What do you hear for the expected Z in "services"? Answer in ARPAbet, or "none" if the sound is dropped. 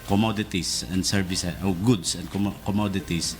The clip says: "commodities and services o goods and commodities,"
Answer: none